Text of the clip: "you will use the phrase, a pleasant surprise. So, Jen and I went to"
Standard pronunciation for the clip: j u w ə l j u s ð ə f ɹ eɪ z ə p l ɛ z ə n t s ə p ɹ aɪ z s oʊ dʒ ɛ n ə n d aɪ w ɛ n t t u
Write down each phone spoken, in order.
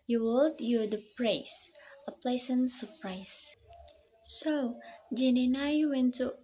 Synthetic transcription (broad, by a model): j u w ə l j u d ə p ɹ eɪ s ə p l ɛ s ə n s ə p ɹ aɪ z s oʊ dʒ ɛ n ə n aɪ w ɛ n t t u